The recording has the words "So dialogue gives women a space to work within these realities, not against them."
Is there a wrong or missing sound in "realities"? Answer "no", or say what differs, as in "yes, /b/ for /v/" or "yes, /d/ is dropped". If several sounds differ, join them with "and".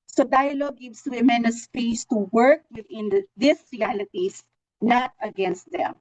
yes, /s/ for /z/